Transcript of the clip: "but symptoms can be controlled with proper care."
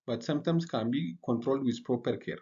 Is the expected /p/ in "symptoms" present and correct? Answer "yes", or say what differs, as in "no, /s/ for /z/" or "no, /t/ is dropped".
no, /p/ is dropped